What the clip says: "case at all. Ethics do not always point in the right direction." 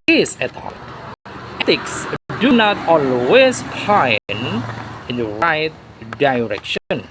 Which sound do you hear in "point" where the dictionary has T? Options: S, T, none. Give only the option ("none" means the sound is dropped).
none